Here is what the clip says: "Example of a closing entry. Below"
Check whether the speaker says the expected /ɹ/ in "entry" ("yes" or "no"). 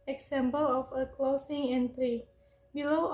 yes